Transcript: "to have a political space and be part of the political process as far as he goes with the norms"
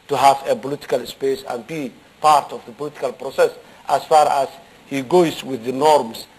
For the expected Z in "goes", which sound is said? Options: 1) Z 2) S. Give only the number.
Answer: 2